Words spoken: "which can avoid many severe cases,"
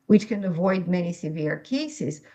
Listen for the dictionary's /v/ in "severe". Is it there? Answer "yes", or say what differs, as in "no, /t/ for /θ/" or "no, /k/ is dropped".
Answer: yes